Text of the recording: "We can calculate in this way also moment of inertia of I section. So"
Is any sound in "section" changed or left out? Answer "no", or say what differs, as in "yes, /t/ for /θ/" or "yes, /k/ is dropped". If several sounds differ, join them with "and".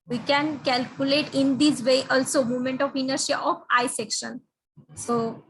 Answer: no